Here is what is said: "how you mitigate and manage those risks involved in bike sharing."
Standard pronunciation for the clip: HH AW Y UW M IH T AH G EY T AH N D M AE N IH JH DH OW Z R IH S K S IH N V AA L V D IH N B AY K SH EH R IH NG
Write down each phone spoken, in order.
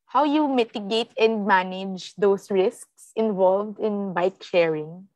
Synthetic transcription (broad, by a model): HH AW Y UW M IH T AH G EY T AH N D M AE N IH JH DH OW S R IH S K S IH N V AA L V D IH N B AY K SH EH R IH NG